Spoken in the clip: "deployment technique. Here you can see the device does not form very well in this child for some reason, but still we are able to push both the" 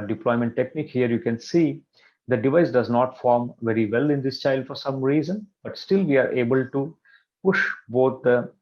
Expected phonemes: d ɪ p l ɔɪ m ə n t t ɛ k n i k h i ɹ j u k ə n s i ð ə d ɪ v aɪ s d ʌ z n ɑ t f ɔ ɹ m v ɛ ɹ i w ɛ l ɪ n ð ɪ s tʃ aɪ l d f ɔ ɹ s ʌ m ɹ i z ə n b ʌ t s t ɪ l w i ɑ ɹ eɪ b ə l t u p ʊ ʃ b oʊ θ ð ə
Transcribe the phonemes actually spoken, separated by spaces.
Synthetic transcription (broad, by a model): d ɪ p l ɔɪ m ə n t t ɛ k n i k h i ɹ j u k ə n s i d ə d ɪ v aɪ s d ʌ z n ɑ t f ɔ ɹ m v ɛ ɹ i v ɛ l ɪ n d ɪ s tʃ aɪ l d f ɔ ɹ s ʌ m ɹ i z ə n b ʌ t s t ɪ l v i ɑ ɹ eɪ b ə l t u p ʊ ʃ b oʊ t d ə